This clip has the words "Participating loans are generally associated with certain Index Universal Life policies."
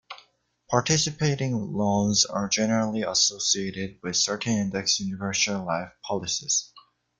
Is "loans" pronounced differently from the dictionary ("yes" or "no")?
yes